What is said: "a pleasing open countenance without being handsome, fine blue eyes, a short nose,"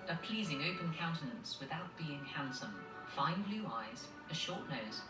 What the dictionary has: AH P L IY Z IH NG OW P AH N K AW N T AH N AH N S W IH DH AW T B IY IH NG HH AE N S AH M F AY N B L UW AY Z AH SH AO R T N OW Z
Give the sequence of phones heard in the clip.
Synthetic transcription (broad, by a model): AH P L IY Z IH NG OW P AH N K AW N T AH N AH N S W IH DH AW T B IY IH NG HH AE N S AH M F AY N B L UW AY Z AH SH AO T N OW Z